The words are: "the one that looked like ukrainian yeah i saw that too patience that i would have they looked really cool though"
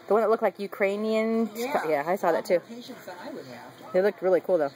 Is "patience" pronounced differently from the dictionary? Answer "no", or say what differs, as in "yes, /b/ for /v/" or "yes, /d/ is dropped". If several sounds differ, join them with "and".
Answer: yes, /ʃ/ is dropped